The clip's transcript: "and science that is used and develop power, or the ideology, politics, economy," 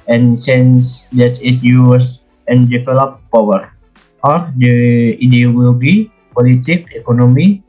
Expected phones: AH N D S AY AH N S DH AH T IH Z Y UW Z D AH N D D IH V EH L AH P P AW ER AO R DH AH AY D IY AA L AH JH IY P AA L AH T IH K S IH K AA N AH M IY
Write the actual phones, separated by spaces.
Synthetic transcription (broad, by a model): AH N S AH N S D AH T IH S Y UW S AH N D D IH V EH L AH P P AW ER AO R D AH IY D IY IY L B IY P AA L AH T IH K IH K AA N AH M IY